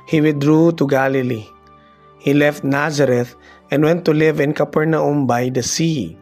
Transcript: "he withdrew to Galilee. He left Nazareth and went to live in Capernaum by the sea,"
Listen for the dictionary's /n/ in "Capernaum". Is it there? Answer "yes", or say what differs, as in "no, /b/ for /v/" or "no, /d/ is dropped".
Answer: yes